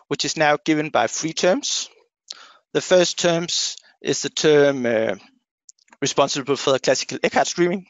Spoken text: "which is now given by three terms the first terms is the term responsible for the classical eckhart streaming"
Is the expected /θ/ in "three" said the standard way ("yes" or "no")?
no